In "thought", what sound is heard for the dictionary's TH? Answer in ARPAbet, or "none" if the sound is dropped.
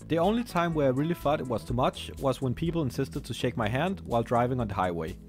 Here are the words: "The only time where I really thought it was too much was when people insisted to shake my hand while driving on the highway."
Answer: F